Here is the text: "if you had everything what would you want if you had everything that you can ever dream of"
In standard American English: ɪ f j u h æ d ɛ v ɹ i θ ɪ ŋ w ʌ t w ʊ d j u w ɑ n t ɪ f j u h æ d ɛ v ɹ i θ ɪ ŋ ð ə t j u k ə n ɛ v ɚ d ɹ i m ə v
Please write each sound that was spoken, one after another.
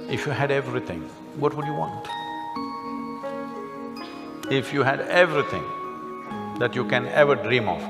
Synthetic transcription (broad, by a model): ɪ f j u h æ d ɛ v ɹ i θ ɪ ŋ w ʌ t w ʊ d j u w ɑ n t ɪ f j u h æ d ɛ v ɹ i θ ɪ ŋ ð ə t j u k ə n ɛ v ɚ d ɹ i m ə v